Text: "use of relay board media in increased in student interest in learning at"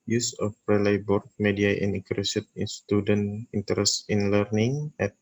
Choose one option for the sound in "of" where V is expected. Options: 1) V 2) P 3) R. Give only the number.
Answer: 2